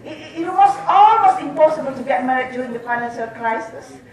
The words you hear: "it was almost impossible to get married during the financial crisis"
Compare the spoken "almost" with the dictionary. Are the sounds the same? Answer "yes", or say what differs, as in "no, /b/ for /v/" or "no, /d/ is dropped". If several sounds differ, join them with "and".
no, /t/ is dropped